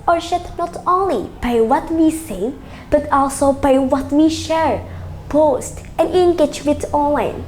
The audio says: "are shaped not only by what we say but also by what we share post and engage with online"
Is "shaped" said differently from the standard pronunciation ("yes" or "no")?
yes